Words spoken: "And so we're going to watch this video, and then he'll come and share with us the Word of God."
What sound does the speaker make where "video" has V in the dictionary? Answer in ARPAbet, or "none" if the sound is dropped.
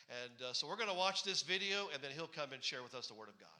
V